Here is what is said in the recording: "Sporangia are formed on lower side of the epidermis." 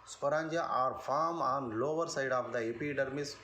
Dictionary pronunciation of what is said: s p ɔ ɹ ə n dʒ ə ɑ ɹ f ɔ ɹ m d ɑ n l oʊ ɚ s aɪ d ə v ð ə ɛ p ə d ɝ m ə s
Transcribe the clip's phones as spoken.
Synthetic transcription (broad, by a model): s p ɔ ɹ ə n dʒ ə ɑ ɹ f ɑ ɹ m ɑ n l oʊ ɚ s aɪ d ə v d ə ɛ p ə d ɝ m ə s